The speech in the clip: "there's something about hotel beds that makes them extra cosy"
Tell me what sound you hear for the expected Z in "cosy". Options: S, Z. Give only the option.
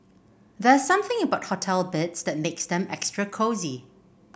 Z